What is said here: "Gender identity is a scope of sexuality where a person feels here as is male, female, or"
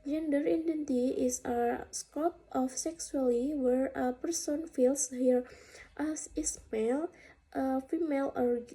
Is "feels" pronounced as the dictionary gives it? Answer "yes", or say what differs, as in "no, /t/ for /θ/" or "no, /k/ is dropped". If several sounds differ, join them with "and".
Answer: no, /s/ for /z/